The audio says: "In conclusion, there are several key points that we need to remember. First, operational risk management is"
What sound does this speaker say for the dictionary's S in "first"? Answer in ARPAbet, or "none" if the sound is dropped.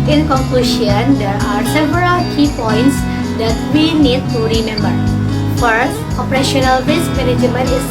none